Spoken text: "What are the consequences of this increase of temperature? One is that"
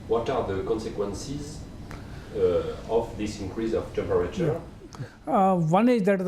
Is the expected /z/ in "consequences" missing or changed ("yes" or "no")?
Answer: no